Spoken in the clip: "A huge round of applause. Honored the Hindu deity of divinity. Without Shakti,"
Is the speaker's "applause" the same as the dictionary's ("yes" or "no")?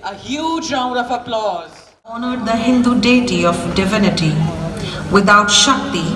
yes